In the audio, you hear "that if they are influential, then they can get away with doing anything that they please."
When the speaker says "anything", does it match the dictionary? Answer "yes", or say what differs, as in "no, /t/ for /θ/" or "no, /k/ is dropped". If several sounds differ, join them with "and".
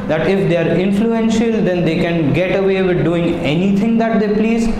no, /t/ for /θ/